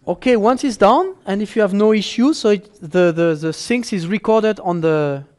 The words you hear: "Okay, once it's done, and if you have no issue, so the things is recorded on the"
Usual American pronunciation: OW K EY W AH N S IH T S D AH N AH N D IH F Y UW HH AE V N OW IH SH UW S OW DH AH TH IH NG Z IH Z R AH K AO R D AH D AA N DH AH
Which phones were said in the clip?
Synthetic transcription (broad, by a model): OW K EY W AH N S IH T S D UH N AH N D IH F Y UW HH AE V N OW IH SH UW S OW DH AH S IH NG S IH Z R AH K AO R D AH D AA N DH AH